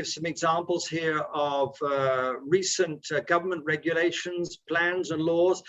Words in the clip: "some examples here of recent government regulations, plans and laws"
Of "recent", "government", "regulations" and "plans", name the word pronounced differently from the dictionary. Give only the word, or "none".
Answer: none